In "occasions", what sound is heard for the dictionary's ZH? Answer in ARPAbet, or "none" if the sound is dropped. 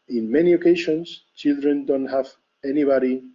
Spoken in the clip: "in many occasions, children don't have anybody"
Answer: SH